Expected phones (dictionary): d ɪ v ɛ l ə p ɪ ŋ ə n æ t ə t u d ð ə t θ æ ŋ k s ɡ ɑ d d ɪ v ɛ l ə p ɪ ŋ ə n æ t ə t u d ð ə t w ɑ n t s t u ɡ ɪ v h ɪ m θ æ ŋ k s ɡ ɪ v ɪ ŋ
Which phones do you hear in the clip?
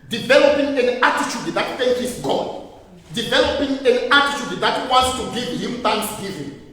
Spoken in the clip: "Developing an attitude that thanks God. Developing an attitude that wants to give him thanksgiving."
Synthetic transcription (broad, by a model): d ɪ v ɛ l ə p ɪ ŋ ə n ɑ t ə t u d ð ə t f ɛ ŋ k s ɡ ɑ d d ɪ v ɛ l ə p ɪ ŋ ə n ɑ t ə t u d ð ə t w ɑ n t s t u ɡ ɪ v h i m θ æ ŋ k s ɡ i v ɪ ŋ